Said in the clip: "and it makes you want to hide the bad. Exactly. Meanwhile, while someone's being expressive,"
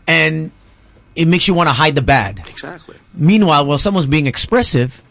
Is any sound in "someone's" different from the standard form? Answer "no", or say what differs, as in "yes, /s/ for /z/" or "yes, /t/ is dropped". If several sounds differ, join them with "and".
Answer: no